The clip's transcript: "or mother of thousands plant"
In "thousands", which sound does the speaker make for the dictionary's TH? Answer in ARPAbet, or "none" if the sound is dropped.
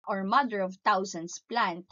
T